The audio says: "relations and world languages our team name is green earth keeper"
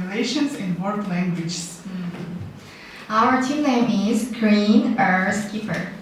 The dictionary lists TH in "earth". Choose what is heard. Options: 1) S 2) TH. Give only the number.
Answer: 1